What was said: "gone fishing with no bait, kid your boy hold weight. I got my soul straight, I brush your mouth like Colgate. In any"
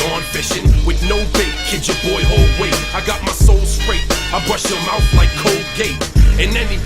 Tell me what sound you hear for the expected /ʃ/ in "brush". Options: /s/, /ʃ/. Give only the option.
/ʃ/